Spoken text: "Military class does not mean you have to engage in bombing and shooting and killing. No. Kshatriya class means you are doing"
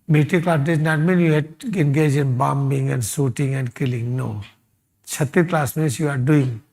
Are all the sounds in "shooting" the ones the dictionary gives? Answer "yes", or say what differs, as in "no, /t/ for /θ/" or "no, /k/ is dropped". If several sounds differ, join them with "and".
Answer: no, /s/ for /ʃ/